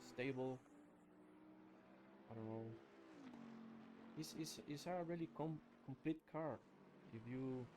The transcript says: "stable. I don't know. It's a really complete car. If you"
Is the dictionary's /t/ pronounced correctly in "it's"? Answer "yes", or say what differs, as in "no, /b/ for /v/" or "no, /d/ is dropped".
no, /s/ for /t/